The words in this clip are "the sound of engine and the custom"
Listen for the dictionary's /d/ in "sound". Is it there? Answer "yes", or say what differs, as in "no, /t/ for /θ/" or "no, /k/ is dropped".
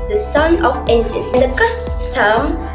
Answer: no, /d/ is dropped